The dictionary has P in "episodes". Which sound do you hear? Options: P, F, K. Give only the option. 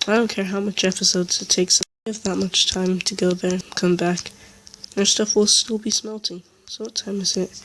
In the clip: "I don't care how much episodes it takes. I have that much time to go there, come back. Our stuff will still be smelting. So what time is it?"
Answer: P